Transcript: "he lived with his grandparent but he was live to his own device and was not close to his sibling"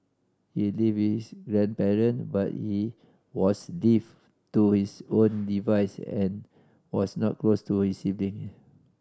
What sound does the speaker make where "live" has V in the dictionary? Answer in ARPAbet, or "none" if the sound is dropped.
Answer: F